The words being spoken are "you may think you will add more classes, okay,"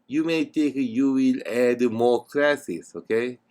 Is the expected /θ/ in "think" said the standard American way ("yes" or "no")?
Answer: no